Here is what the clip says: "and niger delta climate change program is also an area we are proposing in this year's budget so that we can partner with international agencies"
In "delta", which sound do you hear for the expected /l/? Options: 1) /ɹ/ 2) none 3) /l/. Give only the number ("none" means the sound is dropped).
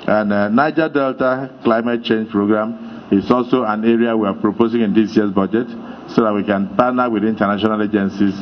3